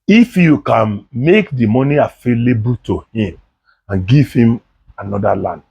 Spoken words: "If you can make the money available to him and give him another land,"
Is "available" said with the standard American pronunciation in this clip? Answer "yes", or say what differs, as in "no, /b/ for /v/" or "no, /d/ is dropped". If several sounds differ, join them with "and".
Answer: no, /f/ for /v/